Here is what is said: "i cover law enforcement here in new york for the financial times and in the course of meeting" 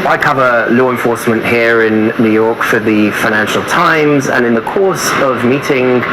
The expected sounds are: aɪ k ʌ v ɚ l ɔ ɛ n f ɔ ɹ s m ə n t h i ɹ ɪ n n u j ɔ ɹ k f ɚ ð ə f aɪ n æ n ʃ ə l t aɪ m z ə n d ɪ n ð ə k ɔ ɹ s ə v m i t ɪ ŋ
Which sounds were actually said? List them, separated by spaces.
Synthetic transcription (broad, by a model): aɪ k ʌ v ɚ l ɔ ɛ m f ɔ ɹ s m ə n t h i ɹ ɪ n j u j ɔ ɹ k f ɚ ð ə f aɪ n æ n ʃ ə l t aɪ m z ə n ɪ n ð ə k ɔ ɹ s ə v m i t ɪ ŋ